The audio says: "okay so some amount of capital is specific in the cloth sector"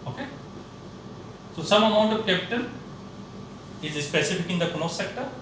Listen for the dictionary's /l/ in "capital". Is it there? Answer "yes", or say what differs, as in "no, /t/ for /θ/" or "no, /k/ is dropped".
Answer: no, /n/ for /l/